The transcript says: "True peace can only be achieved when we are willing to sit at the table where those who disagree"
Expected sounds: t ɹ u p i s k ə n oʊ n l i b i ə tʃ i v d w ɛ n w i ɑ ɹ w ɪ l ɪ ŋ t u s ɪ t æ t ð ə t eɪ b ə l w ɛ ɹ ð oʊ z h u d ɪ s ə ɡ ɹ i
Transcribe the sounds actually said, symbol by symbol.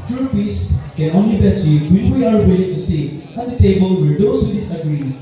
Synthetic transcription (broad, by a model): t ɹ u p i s k ə n oʊ n l i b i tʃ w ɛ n w i ɑ ɹ w ɪ l ɪ ŋ t u s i æ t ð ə t eɪ b ə l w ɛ ɹ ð oʊ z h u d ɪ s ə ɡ ɹ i